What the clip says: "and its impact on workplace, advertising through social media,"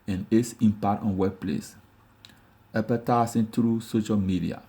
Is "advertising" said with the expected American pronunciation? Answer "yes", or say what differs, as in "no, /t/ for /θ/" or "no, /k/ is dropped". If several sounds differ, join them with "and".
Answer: no, /s/ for /z/